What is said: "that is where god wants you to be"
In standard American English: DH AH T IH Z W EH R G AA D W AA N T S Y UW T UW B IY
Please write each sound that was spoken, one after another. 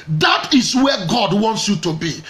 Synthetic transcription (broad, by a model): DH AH T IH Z W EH G AA D W AA N T S Y UW T UW B IY